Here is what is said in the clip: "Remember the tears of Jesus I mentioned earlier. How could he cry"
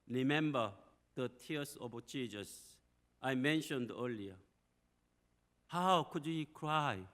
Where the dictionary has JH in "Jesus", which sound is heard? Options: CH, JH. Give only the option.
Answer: CH